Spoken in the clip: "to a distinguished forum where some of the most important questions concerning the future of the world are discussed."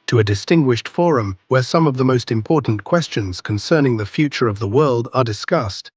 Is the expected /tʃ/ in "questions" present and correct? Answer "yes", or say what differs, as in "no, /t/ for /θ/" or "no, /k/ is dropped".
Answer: yes